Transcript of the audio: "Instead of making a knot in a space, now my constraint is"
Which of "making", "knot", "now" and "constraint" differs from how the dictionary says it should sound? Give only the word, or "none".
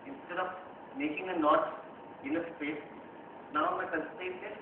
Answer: constraint